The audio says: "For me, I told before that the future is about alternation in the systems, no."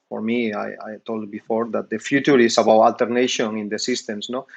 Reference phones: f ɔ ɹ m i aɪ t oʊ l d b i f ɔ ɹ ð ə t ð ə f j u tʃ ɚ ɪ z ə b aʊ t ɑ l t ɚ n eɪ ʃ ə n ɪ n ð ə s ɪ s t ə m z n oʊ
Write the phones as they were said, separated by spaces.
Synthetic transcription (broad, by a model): f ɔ ɹ m i aɪ t oʊ l d b i f ɔ ɹ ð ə t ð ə f j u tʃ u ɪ s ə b aʊ t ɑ l t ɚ n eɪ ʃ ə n ɪ n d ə s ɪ s t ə m s n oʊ